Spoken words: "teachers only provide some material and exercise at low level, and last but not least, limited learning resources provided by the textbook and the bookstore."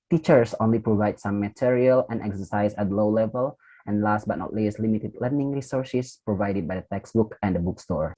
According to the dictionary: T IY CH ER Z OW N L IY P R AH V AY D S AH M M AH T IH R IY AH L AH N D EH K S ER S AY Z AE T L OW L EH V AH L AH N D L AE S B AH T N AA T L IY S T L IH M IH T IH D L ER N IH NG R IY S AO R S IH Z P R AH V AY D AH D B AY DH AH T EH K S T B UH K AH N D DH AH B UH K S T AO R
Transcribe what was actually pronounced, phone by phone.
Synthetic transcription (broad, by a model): T IY CH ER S OW N L IY P R AH V AY D S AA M M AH T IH R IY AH L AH N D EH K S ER S AY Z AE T L OW L EH V AH L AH N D L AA S B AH T N AA T L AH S L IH M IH T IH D L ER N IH NG R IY S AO R S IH S P R AH V AY D AH D B AY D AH T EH K S B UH K AH N D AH B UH K S T AO R